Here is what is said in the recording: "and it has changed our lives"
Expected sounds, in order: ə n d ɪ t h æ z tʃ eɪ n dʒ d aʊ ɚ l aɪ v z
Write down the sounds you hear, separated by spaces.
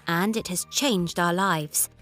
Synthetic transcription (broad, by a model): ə n d ɪ t h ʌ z tʃ eɪ n dʒ d aʊ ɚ l aɪ v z